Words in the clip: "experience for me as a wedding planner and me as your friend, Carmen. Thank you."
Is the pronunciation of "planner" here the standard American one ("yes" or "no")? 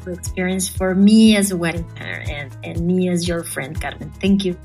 no